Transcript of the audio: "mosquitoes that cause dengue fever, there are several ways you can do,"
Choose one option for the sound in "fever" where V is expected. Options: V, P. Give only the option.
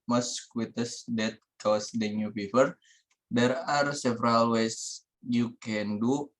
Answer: P